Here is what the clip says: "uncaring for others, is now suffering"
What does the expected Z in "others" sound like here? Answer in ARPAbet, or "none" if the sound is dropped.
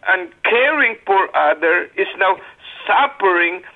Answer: none